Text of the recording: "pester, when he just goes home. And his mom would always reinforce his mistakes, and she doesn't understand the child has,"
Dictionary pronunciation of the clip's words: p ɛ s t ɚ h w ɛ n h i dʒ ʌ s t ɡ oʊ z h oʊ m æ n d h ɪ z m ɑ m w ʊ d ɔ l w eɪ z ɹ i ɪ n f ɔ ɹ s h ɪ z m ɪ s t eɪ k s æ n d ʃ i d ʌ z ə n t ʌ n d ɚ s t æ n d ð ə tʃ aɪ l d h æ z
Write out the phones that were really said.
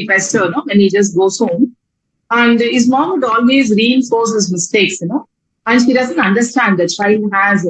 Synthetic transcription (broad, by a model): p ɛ s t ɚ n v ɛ n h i dʒ ʌ s t ɡ oʊ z h oʊ m æ n d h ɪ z m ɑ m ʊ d ɔ l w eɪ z ɹ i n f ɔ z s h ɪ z m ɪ s t eɪ k s æ n d ʃ i d ʌ z ə n t ʌ n d ɚ s t æ n d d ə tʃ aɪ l h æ z